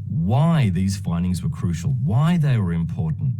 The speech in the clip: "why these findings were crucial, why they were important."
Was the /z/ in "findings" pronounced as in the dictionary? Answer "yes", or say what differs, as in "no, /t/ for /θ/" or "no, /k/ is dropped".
yes